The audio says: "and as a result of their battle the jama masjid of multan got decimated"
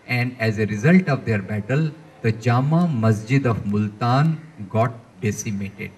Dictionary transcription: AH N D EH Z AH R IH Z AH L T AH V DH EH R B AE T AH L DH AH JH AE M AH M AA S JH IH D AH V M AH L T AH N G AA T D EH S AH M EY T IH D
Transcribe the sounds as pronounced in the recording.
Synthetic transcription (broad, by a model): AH N D EH Z AH R IH Z AH L T AH V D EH R B AE T AH L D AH JH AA M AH M AA S JH IH D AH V M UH L T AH N G AA T D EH S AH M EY T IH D